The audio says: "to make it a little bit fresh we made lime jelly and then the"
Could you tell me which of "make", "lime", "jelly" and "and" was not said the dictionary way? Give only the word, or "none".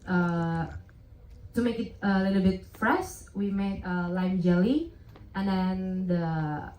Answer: none